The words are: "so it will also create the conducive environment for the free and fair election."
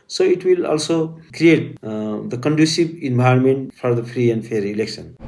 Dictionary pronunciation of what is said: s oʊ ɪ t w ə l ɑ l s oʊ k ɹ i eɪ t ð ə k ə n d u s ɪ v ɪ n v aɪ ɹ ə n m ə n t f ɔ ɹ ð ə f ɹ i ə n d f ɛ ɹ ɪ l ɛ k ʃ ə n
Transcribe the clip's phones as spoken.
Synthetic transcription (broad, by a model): s oʊ ɪ t w ə l ɑ l s oʊ k ɹ i eɪ t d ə k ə n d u s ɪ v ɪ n b aɪ ə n m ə n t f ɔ ɹ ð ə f ɹ i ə n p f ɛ ɹ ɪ l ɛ k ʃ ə n